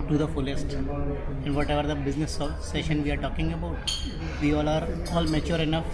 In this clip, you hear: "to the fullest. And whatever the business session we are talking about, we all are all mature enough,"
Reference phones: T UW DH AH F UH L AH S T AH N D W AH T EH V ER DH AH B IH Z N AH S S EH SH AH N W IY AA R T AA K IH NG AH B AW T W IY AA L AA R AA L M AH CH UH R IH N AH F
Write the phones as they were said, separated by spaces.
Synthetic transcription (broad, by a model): T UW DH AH F UH L AH S T AH N D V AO T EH V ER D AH B IH Z N AH S S EH SH AH N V IY AA R T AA K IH NG AH B AW T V IY AA L AA R AA L M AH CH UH R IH N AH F